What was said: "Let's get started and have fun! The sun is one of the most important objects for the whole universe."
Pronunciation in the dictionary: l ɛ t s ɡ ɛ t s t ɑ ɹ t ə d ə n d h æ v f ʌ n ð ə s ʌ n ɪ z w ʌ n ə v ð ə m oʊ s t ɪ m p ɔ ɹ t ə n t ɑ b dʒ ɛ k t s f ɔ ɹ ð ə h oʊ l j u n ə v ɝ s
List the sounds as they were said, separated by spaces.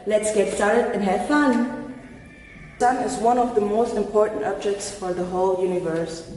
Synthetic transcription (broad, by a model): l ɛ t s ɡ ɛ t s t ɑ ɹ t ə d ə n h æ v f ʌ n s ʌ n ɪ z w ʌ n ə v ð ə m oʊ s t ɪ m p ɔ ɹ t ə n t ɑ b dʒ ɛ k t s f ɔ ɹ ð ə h oʊ l j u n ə v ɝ s